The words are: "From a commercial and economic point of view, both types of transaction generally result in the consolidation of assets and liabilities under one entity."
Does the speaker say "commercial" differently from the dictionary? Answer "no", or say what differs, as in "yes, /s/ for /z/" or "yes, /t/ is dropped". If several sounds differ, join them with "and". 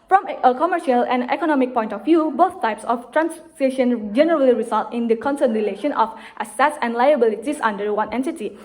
no